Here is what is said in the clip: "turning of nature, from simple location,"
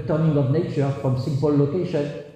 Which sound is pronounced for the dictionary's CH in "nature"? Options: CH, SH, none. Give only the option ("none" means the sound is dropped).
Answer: CH